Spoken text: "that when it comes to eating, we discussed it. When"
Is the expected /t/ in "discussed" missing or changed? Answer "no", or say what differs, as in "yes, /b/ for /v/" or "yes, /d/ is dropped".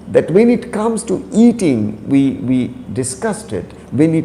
no